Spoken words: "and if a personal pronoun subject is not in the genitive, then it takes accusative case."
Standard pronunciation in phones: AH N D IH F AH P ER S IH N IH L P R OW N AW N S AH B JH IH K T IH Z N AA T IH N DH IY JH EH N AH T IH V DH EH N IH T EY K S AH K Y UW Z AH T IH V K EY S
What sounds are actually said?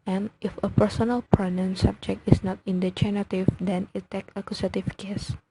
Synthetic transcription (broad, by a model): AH N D IH F AH P ER S IH N IH L P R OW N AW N S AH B JH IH K T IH S N AA T IH N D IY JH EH N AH T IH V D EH N IH T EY K AH K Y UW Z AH T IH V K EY S